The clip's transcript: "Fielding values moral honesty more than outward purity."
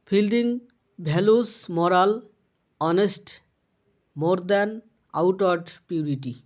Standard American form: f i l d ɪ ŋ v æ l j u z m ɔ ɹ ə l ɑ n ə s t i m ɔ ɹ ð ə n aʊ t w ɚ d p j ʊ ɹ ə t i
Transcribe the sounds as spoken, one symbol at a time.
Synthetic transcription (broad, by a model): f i l d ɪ ŋ b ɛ l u s m ɔ ɹ ə l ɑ n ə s t m ɔ ɹ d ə n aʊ t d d p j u ɹ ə t i